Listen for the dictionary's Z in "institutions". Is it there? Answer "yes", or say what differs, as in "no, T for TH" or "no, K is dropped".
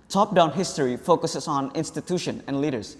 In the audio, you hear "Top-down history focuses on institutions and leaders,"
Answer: no, Z is dropped